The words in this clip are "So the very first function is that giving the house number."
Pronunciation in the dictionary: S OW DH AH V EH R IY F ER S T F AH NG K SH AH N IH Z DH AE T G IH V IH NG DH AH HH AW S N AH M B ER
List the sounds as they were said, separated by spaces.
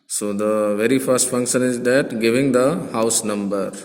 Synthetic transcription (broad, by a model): S OW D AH V EH R IY F ER S T F AH NG K SH AH N IH Z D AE T G IH V IH NG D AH HH AW S N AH M B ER